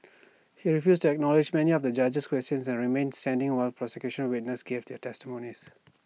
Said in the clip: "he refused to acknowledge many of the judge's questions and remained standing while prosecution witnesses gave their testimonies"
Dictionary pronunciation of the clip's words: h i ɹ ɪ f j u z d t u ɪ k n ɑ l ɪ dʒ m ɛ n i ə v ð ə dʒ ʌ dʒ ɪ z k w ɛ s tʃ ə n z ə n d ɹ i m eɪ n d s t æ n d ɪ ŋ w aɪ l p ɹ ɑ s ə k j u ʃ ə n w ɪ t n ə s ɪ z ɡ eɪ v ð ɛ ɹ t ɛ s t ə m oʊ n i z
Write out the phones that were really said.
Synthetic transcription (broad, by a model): h i ɹ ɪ f j u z t u ɪ k n ɑ l ɪ dʒ m ɛ n i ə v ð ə dʒ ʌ dʒ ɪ s k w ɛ s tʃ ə n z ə n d ɹ i m eɪ n d s t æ n d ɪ ŋ w aɪ l p ɹ ɑ s ə k j u ʃ ə n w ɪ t n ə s ɡ eɪ v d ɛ t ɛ s t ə m oʊ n i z